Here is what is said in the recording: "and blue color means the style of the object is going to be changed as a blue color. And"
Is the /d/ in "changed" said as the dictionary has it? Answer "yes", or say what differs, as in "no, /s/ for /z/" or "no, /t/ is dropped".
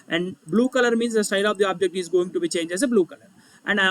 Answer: no, /d/ is dropped